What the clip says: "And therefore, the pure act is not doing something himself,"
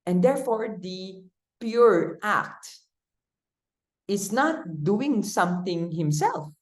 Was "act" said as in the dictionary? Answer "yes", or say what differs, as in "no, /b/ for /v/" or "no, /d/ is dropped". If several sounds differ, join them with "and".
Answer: yes